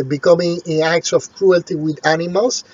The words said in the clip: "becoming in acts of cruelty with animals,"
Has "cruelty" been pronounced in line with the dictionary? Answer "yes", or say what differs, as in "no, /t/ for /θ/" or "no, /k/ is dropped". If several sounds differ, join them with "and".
yes